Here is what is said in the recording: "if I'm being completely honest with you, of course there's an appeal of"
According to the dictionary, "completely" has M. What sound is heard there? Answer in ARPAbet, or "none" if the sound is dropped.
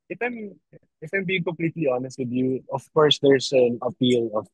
M